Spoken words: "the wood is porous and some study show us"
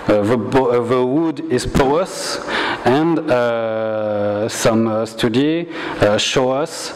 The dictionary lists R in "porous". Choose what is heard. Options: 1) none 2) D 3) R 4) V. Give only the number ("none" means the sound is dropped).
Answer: 1